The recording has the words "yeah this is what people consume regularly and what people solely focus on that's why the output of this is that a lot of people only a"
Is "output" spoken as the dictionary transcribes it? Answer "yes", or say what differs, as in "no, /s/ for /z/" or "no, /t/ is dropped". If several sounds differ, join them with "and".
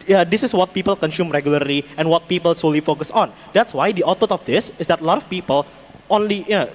no, /p/ is dropped